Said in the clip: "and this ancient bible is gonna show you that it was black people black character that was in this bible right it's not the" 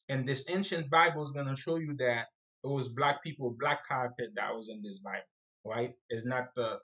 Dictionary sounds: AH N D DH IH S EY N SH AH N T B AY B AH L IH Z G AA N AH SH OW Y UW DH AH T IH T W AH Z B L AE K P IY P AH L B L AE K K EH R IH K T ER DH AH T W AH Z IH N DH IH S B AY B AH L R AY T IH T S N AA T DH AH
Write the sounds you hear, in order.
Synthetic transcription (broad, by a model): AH N DH IH S EY N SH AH N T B AY B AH L Z G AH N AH SH OW Y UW DH AH T IH T W AH Z B L AE K P IY P L B L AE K K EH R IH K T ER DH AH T W AH Z IH N DH IH S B AY B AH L R AY T IH T S N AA T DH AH